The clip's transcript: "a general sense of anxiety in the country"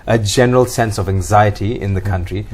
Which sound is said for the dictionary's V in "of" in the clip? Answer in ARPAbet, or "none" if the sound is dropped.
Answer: V